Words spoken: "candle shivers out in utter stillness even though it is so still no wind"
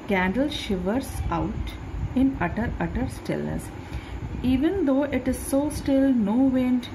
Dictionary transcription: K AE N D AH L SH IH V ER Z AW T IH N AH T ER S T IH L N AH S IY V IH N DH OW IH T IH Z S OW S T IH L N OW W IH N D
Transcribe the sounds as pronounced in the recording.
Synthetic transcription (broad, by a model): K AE N D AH L SH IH V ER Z AW T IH N AH T ER S T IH L AH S IY V IH N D OW IH T IH Z S OW S T IH L N OW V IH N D